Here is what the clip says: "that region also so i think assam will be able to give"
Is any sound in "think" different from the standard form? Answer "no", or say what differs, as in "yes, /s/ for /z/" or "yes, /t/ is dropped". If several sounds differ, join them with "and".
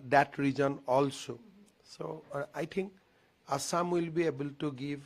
yes, /t/ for /θ/